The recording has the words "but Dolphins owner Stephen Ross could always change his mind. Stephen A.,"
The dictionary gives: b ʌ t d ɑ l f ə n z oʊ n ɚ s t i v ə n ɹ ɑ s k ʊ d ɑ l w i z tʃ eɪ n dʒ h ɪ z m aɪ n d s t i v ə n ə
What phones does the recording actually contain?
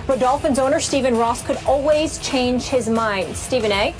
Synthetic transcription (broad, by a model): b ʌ t d ɑ l f ə n z oʊ n ɚ s t i v ə n ɹ ɑ s k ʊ d ɑ l w i z tʃ eɪ n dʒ h ɪ z m aɪ n d s t i v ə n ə